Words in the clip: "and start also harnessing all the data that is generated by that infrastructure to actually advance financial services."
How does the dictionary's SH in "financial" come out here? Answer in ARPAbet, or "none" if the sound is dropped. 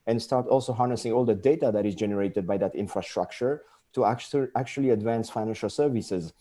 SH